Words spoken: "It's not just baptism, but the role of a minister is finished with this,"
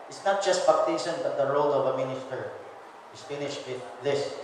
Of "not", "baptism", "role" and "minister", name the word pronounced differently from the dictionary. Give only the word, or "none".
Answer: baptism